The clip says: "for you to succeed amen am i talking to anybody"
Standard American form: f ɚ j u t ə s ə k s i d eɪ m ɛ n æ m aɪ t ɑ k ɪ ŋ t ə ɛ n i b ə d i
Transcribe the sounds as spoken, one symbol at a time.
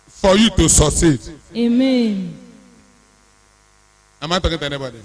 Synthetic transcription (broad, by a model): f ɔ j u t ə s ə s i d eɪ m ɛ n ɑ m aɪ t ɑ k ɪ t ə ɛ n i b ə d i